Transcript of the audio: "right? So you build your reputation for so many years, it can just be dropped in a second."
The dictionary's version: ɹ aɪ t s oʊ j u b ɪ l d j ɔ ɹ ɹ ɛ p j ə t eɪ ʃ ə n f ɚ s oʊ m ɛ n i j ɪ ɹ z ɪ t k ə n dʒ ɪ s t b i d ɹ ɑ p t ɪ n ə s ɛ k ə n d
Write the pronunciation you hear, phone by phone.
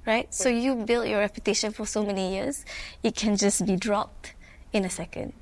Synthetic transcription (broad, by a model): ɹ aɪ t s oʊ j u b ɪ l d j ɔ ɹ ɹ ɛ p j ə t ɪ ʃ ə n f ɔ s oʊ m ɛ n i j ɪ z ɪ t k ə n dʒ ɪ s b i d ɹ ɑ p t ɪ n ə s ɛ k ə n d